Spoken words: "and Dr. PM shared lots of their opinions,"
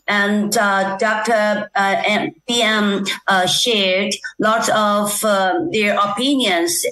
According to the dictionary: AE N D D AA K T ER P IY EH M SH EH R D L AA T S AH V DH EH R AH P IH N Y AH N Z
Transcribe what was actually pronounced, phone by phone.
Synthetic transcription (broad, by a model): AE N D D AA K T ER B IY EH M SH EH R D L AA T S AH V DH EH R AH P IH N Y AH N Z